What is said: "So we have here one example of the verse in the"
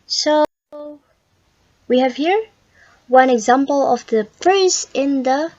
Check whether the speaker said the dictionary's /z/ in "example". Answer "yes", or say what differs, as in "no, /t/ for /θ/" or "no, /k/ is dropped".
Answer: yes